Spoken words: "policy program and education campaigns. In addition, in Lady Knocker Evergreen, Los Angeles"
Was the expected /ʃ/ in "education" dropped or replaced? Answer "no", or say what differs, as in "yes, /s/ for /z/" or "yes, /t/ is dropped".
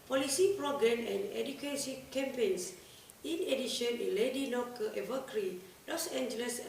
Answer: yes, /s/ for /ʃ/